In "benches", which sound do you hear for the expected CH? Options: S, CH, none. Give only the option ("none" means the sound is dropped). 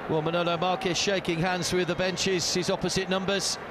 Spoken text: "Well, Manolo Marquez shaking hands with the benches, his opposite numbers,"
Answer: CH